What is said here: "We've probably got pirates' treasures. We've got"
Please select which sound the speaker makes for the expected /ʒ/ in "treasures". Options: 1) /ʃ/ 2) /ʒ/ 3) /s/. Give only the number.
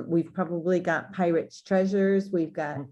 2